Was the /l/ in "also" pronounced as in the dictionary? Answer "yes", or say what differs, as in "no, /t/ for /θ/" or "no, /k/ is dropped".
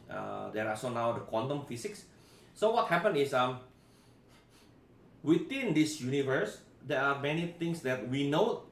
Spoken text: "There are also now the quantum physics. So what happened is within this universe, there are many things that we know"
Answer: no, /l/ is dropped